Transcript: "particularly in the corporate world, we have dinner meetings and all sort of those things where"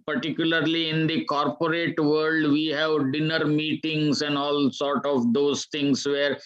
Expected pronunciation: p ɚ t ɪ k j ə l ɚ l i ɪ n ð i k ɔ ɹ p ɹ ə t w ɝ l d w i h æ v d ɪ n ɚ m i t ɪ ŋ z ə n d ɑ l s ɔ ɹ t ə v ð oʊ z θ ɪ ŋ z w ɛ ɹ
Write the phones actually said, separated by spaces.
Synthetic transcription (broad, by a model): p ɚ t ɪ k j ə l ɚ l i ɪ n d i k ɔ ɹ p ɹ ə t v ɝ l d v i h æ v d ɪ n ɚ m i t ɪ ŋ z ə n d ɑ l s ɔ ɹ t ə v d oʊ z t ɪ ŋ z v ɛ ɹ